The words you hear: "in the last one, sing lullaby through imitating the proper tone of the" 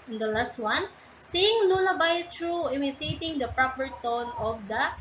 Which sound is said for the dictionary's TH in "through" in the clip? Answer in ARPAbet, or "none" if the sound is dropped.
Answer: T